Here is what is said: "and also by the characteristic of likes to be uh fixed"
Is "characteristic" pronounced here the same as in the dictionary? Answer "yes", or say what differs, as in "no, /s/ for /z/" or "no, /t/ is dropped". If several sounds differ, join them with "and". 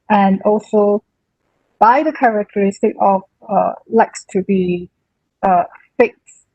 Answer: yes